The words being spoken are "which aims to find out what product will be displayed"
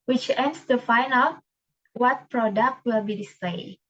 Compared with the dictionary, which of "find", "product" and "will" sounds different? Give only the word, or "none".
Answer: find